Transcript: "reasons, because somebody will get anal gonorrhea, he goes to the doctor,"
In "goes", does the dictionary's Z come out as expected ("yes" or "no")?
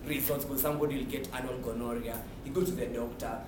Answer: no